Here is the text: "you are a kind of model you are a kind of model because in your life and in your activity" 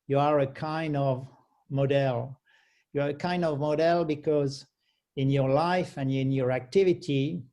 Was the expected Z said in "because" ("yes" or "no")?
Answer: yes